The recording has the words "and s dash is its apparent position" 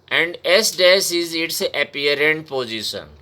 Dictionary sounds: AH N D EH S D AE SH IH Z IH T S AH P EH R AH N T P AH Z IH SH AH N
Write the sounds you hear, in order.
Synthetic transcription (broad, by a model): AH N D EH S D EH S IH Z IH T S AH P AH R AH N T P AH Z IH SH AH N